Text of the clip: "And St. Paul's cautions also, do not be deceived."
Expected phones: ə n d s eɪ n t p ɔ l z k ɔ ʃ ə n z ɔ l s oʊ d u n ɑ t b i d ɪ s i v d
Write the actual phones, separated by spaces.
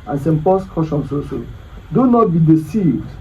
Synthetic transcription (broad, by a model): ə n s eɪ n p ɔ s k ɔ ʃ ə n s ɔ s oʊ d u n ɑ t b i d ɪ s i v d